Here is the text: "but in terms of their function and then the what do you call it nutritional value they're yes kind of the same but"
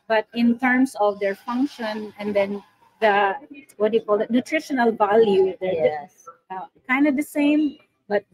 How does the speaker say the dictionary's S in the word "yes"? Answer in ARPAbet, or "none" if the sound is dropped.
none